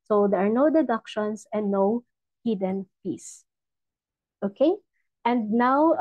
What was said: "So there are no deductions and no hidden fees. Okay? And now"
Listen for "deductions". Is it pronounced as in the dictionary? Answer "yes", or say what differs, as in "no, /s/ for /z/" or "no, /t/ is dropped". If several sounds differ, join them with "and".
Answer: no, /s/ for /z/